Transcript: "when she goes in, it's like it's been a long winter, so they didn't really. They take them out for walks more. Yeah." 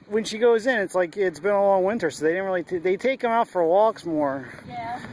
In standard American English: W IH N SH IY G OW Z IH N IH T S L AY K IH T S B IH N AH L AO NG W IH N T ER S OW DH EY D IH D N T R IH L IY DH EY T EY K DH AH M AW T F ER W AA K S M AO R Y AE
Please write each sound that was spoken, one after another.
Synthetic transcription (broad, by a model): W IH N SH IY G OW Z IH N IH T S L AY K IH T S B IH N AH L AO NG W IH N T ER S OW DH EY D IH D N T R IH L IY DH EY T EY K DH AH M AW T F ER W AA K S M AO R